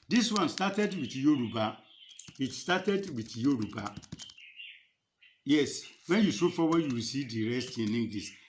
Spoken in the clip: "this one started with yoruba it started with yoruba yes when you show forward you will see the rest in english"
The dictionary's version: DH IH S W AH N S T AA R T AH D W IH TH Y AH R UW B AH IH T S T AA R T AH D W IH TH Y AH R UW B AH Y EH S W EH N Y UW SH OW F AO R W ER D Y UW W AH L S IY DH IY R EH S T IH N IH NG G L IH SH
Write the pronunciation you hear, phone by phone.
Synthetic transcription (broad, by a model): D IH S W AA N S T AA T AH D W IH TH Y AH R UW B AH IH T S T AA T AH D W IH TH Y AH R UW B AH Y EH S W EH N Y UW S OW F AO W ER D Y UW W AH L S IY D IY R EH S T IH N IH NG G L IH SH